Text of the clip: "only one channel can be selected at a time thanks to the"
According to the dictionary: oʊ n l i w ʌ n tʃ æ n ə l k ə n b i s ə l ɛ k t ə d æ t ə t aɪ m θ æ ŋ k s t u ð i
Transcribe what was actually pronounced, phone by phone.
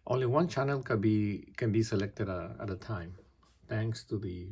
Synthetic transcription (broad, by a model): oʊ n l i w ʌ n tʃ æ n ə l k ə n b i s ə l ɛ k t ə d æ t ə t aɪ m t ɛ ŋ k s t u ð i